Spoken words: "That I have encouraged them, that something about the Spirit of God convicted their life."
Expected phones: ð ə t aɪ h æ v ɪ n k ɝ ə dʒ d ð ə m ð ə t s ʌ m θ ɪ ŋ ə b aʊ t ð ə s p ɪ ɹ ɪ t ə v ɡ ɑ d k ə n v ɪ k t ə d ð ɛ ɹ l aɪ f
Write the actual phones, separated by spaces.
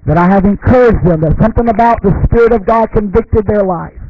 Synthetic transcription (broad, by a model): ð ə t aɪ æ v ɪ n k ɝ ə dʒ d ð ə m ð ə t s ʌ m θ ɪ ŋ ə b aʊ t ð ə s p ɪ ɹ ɪ t ə v ɡ ɑ d k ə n v ɪ k t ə d ð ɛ ɹ l aɪ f